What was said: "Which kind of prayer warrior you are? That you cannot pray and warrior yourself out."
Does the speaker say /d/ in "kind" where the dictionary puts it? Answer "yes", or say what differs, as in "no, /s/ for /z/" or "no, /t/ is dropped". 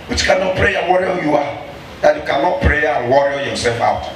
no, /d/ is dropped